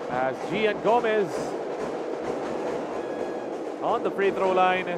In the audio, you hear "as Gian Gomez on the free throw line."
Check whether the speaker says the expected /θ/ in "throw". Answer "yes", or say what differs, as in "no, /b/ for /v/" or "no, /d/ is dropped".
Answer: no, /t/ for /θ/